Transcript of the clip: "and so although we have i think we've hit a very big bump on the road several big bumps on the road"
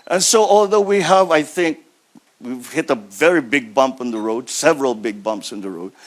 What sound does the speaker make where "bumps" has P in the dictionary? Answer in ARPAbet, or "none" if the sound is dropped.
P